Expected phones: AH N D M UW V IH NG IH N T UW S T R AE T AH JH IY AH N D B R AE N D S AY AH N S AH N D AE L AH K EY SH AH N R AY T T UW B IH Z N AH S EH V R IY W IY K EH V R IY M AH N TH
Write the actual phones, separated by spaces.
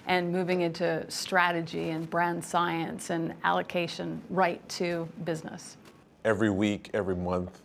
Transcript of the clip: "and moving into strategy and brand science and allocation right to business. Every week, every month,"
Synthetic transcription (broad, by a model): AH N M UW V IH NG IH N T UW S T R AE T AH JH IY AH N B R AE N D S AY AH N S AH N AE L AH K EY SH AH N R AY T T UW B IH Z N AH S EH V R IY W IY K EH V R IY M AH N TH